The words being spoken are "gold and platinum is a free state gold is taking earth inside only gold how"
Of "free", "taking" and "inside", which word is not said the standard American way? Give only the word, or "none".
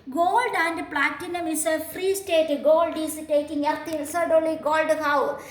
inside